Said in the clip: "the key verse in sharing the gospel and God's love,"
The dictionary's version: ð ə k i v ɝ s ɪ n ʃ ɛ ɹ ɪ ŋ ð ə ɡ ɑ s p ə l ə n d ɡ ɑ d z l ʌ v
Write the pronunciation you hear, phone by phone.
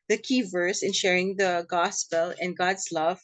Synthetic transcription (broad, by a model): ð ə k i v ɝ s ɪ n ʃ ɛ ɹ ɪ ŋ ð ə ɡ ɑ s p ə l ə n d ɡ ɑ d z l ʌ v